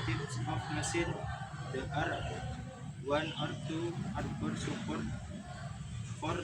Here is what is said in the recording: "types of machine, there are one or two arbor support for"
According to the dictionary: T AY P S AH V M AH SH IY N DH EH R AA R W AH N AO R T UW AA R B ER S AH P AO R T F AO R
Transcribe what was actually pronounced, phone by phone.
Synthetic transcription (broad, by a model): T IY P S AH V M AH S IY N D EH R AA R W AH N AO R T UW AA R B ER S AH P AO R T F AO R